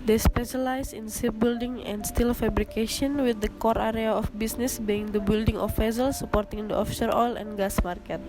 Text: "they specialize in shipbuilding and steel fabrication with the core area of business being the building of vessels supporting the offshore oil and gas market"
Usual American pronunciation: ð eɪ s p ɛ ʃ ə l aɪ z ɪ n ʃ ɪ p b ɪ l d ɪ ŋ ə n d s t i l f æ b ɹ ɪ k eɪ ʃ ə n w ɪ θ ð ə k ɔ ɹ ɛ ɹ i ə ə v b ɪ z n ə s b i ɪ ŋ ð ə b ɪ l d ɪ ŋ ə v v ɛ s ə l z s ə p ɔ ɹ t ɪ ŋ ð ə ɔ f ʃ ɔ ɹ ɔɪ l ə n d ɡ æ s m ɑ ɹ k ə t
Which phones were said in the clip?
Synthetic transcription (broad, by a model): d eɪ s p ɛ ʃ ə l aɪ s ɪ n s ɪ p b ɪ l d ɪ ŋ ə n d s t i l f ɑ b ɹ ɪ k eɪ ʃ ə n w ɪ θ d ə k ɔ ɹ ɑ ɹ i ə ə f b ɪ s n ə s b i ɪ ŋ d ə b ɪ l d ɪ ŋ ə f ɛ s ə l s ə p ɔ ɹ t ɪ ŋ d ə ɔ f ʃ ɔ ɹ ɔɪ l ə n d ɡ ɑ s m ɑ ɹ k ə t